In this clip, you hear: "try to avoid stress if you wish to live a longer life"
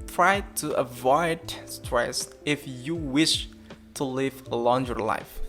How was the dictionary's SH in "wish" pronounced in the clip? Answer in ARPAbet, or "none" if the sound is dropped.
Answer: SH